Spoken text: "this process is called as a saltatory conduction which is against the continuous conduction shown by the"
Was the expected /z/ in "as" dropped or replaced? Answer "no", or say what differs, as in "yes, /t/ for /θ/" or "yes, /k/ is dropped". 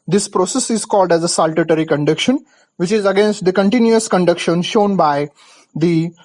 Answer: no